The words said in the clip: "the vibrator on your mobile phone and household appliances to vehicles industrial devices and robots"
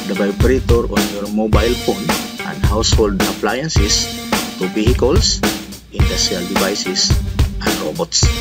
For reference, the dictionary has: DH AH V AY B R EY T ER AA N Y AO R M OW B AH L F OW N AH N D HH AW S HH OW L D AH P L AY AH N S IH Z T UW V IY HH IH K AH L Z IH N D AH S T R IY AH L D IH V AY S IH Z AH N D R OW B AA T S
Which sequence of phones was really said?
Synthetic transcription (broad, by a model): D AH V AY B R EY T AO AA N Y AO R M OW B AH L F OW N AH N D HH AW S HH OW L D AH P L AY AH N S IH S T UW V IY HH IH K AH L S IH N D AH S T R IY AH L D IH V AY S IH S AH N D R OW B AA T S